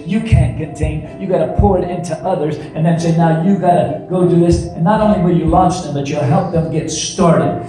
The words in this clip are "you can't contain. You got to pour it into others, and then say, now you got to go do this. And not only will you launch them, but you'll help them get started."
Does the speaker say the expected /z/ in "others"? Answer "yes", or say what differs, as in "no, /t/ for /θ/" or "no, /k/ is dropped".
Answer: yes